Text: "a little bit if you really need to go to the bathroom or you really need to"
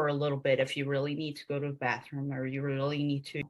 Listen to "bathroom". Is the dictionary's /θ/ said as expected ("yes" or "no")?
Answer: yes